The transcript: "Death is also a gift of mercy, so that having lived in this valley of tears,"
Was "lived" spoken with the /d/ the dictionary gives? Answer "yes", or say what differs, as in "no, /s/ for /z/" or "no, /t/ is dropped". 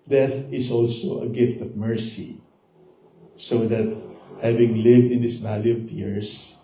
yes